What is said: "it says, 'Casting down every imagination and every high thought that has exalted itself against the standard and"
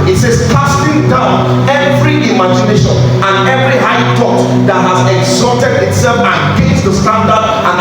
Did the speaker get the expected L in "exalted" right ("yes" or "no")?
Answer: no